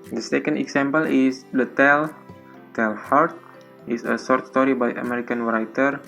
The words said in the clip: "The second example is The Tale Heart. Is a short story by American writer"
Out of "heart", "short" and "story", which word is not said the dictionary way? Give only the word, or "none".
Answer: short